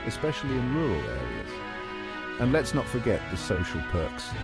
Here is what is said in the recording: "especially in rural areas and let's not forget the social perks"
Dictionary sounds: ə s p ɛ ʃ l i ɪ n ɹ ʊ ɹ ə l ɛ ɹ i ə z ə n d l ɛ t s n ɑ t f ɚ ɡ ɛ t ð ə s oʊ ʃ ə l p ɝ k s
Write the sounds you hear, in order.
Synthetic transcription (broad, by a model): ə s p ɛ ʃ l i ɪ n ɹ ʊ ɹ ə l ɛ ɹ i ə z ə n l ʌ t s n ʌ t f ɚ ɡ ɛ t ð ə s oʊ ʃ ə l p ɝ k s